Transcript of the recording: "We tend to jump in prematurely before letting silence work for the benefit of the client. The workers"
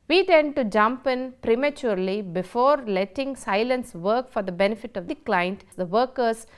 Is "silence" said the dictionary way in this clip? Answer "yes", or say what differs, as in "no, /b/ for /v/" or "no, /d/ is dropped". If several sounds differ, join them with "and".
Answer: yes